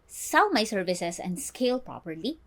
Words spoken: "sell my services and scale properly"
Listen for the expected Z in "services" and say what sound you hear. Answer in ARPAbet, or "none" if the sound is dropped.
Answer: S